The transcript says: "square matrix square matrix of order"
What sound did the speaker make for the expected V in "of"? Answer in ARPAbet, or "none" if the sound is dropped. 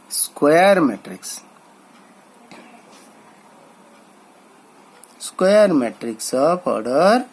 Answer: P